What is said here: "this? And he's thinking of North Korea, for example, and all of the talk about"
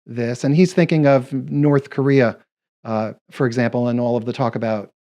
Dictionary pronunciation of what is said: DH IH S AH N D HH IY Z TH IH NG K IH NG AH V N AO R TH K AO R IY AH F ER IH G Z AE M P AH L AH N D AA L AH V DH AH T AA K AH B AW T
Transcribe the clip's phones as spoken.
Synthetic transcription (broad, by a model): DH IH S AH N IY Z TH IH NG K IH NG AH V N AO R TH K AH R IY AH F ER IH G Z AE M P L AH N AA L AH V DH AH T AA K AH B AW T